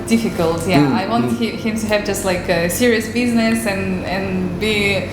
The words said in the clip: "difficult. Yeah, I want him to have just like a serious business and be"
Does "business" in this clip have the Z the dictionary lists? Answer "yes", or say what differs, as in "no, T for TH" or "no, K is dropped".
yes